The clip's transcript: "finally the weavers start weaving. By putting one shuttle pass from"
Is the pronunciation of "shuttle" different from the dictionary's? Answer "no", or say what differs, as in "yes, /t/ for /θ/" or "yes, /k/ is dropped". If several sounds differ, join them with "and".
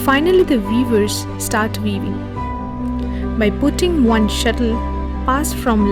no